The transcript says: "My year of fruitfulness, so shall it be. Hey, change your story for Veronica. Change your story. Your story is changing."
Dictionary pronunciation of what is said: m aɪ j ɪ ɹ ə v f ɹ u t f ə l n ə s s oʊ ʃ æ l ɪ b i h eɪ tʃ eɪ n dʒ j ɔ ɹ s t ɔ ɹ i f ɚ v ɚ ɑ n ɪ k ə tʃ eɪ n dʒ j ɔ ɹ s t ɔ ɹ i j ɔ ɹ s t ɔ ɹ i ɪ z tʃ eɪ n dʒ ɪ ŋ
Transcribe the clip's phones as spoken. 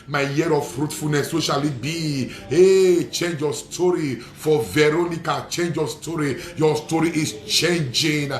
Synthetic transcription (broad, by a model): m aɪ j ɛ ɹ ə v f ɹ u t f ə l n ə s s oʊ ʃ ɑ l ɪ b i h eɪ tʃ eɪ n dʒ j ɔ s t ɔ ɹ i f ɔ v ɚ ɑ n ɪ k ə tʃ eɪ n dʒ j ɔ s t ɔ ɹ i j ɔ s t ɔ ɹ i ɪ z tʃ eɪ n dʒ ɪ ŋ